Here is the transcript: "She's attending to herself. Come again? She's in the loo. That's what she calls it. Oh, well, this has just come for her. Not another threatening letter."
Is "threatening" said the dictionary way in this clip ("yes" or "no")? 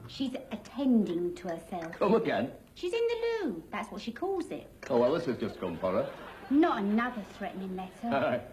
yes